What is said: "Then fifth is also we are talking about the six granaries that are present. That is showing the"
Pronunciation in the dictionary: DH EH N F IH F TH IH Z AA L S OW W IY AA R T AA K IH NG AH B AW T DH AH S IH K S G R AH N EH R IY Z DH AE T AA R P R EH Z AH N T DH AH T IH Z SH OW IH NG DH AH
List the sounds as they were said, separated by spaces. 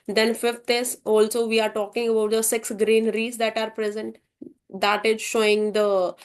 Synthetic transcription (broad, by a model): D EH N F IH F T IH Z AA L S OW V IY AA R T AA K IH NG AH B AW T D AH S IH K S G R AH N R IY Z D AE T AA R P R EH Z AH N T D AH T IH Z SH OW IH NG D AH